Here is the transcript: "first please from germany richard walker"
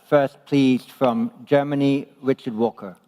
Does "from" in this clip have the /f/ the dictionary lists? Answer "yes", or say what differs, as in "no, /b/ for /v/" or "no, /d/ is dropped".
yes